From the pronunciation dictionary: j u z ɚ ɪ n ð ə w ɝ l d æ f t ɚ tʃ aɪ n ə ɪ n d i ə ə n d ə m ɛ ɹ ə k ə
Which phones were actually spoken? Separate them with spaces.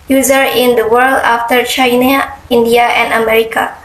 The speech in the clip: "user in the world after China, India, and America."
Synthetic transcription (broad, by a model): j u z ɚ ɪ n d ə w ɝ l d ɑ f t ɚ tʃ aɪ n ə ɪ n d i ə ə n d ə m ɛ ɹ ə k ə